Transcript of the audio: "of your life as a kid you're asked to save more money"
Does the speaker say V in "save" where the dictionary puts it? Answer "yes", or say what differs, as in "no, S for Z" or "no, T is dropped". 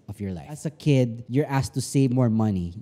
yes